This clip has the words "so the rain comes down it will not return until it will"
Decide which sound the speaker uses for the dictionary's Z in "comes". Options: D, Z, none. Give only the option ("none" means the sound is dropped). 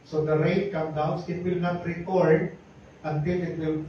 none